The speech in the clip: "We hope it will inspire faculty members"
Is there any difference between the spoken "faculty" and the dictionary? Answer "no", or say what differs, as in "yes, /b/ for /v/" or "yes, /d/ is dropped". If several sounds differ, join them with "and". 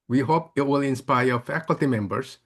no